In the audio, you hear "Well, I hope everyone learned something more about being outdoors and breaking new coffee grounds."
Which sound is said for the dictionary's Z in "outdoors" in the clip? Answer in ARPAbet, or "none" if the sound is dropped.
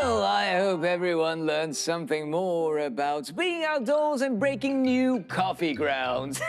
Z